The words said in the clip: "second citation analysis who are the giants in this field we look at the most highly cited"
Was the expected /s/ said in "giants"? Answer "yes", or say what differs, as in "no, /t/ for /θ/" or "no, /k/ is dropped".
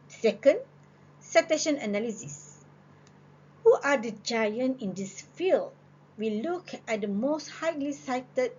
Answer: no, /s/ is dropped